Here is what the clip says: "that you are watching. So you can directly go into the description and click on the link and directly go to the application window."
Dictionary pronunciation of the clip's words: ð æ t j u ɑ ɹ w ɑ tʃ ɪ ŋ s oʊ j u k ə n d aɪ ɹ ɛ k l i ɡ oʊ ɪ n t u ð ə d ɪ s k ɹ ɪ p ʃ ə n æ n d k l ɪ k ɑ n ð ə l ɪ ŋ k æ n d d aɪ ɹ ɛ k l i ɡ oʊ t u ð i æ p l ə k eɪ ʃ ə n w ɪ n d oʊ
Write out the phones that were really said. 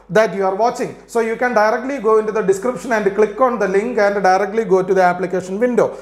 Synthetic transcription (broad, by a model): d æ t j u ɑ ɹ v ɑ tʃ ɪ ŋ s oʊ j u k ə n d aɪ ɹ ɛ k l i ɡ oʊ ɪ n t u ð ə d ɪ s k ɹ ɪ p ʃ ə n æ n d k l ɪ k ɑ n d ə l ɪ ŋ k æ n d d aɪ ɹ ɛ k l i ɡ oʊ t u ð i æ p l ə k eɪ ʃ ə n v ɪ n d oʊ